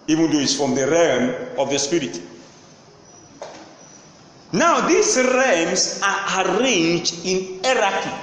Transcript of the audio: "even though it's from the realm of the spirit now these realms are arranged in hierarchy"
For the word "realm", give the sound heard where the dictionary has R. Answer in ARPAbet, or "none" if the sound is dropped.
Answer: R